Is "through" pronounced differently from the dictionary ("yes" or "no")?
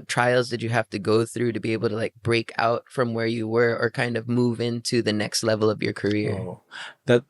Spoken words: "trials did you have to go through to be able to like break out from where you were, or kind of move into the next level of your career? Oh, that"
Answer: no